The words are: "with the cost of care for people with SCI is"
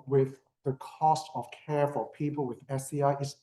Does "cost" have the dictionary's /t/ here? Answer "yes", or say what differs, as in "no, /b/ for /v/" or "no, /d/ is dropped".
yes